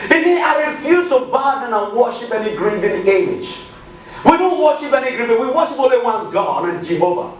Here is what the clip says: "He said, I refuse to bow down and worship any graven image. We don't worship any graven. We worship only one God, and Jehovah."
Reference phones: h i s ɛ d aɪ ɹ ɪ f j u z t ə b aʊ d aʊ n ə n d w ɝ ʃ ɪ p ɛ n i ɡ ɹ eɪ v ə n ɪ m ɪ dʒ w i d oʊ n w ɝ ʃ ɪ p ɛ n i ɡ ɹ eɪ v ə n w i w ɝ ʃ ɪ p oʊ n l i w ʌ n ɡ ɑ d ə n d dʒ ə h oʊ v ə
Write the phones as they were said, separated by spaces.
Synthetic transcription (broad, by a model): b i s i aɪ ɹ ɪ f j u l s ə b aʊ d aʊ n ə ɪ w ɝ ʃ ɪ p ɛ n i ɡ ɹ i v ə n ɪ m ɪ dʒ w i d oʊ n w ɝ ʃ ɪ p ɛ n i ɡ ɹ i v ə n w i w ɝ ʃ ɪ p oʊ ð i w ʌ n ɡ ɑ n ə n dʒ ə h oʊ v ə